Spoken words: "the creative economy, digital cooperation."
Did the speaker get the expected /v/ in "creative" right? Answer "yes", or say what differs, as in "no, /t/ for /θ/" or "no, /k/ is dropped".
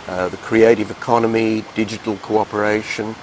yes